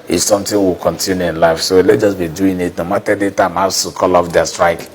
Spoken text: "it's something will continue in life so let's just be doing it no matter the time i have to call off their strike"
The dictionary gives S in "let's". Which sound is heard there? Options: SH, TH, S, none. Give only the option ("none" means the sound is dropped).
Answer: none